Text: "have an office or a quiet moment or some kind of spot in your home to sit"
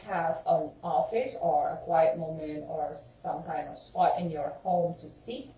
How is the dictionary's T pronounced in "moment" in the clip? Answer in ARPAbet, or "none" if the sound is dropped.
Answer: none